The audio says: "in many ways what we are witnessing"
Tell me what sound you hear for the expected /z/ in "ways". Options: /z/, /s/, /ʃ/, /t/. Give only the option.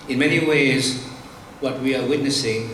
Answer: /z/